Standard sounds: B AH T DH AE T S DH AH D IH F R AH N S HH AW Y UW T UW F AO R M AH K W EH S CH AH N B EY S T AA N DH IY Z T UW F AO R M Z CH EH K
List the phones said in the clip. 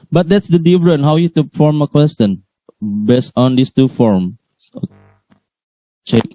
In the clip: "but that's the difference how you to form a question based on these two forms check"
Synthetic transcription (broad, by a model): B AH T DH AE T S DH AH D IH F R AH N HH AW Y UW T UW F AO R M AH K W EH S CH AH N B EY S T AA N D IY S T UW F AO R M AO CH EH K